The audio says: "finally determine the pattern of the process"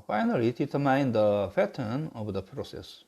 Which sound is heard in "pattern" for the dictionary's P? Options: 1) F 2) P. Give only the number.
1